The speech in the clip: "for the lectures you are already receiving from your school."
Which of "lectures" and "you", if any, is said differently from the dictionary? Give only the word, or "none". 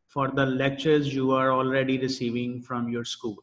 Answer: none